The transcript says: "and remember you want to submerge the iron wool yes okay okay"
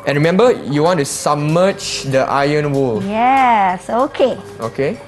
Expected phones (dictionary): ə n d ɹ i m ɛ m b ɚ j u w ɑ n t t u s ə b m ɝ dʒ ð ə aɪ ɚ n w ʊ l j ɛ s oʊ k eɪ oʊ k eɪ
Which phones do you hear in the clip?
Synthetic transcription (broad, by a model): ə n ɹ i m ɛ m b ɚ j u w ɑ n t t u s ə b m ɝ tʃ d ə aɪ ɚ n w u l j ɛ s oʊ k eɪ oʊ k eɪ